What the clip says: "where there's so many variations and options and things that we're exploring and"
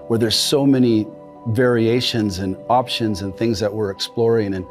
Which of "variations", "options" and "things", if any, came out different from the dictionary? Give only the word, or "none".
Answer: none